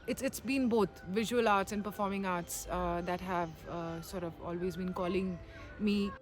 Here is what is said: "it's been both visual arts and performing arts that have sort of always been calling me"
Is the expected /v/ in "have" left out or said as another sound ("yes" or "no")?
no